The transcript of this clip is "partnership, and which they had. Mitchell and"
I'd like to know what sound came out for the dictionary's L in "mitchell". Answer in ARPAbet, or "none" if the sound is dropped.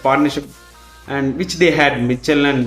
L